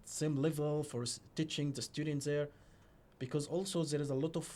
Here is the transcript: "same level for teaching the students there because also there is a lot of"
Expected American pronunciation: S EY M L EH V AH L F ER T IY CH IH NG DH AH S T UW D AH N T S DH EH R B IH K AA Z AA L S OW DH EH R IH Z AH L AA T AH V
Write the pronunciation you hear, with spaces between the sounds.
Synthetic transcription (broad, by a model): S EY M L EH V AH L F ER T IY CH IH NG DH AH S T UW D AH N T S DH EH R B IH K AA Z AA L S OW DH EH R IH Z AH L AA T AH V